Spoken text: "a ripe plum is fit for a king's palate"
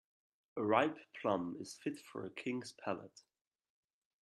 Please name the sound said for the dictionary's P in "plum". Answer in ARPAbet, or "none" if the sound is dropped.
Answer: P